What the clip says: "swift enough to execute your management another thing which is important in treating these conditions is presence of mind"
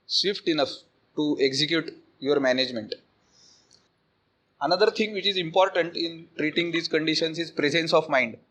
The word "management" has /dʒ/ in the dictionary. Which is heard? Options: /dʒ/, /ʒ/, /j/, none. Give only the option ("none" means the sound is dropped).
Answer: /dʒ/